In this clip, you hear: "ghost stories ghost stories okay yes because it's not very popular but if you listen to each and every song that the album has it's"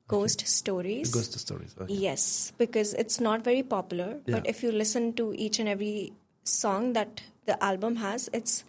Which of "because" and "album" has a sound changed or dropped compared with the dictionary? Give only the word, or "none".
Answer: none